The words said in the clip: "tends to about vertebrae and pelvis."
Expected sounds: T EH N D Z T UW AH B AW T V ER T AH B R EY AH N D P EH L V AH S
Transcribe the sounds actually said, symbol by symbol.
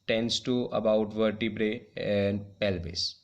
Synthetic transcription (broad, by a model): T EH N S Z T UW AH B AW T V ER T AH B R EY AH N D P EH L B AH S